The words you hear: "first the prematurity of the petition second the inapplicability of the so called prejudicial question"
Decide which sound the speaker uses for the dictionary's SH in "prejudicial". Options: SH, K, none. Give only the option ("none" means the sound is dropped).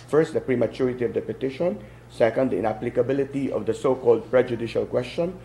SH